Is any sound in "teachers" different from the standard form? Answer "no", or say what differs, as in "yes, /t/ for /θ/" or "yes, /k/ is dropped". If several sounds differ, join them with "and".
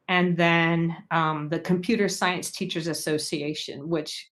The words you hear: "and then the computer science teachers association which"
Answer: no